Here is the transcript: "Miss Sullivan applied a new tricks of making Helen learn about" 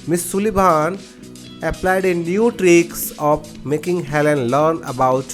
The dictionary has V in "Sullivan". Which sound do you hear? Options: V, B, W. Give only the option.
B